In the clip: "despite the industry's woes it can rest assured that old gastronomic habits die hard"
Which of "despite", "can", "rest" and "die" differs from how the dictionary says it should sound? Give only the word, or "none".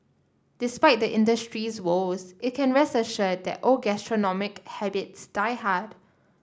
rest